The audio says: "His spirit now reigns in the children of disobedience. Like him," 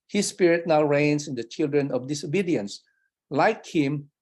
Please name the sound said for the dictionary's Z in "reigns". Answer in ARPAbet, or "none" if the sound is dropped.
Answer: S